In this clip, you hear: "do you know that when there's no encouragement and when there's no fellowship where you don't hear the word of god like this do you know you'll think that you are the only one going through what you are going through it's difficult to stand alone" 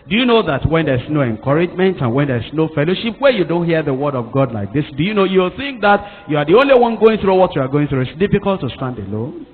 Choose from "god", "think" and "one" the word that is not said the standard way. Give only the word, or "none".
none